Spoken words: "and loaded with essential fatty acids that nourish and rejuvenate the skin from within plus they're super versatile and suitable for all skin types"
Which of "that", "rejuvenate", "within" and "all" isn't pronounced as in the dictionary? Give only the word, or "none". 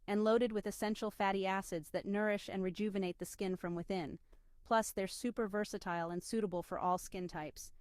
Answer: none